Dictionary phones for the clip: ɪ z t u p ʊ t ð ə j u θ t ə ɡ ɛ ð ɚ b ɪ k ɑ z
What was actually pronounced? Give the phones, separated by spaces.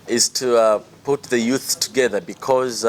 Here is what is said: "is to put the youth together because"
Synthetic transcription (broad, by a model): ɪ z t u p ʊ t ð ə j u θ t ə ɡ ɛ ð ɚ b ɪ k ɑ z